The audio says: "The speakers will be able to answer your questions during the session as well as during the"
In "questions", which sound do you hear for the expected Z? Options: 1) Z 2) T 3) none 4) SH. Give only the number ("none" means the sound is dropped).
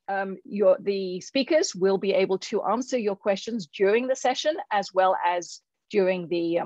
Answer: 1